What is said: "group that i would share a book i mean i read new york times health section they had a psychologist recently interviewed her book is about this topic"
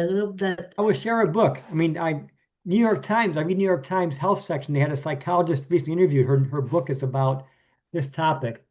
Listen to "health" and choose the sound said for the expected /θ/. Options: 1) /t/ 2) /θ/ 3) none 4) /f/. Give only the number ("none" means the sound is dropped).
2